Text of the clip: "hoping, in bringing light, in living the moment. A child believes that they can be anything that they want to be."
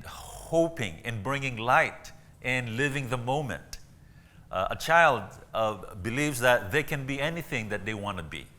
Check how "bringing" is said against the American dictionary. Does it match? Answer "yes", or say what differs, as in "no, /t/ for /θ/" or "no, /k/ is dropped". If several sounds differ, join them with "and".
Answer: yes